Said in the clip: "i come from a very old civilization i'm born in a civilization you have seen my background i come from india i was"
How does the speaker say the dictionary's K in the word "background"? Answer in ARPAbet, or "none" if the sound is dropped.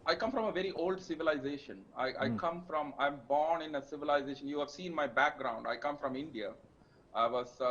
K